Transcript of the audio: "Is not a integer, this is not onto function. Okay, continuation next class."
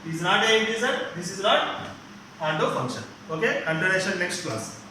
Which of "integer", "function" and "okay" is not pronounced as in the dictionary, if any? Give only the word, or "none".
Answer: integer